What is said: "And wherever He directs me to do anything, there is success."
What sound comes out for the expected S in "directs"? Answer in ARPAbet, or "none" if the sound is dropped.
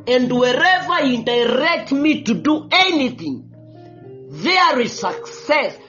none